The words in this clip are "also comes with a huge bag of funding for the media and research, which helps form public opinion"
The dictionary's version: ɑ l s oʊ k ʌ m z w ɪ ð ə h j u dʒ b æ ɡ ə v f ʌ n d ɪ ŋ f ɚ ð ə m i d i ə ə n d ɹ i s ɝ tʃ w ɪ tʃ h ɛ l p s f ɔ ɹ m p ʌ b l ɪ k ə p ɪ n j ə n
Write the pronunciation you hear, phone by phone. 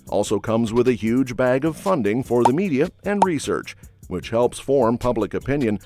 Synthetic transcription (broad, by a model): ɑ l s oʊ k ʌ m z w ɪ ð ə h j u dʒ b æ ɡ ə v f ʌ n d ɪ ŋ f ɚ ð ə m i d i ə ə n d ɹ i s ɝ tʃ w ɪ tʃ h ɛ l p s f ɔ ɹ m p ʌ b l ɪ k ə p ɪ n j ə n